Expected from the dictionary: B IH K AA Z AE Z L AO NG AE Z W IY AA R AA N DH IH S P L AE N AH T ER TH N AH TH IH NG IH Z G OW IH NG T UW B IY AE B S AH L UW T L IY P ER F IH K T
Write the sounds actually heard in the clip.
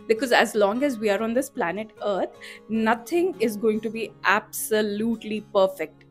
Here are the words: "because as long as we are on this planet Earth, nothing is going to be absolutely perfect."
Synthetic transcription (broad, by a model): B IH K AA Z AE Z L AO NG AE Z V IY AA R AA N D IH S P L AE N AH T ER T N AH T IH NG IH Z G OW IH NG T UW B IY AE B S AH L UW T L IY P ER F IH K T